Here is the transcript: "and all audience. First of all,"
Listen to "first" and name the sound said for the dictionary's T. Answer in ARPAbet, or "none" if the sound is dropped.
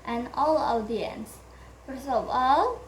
none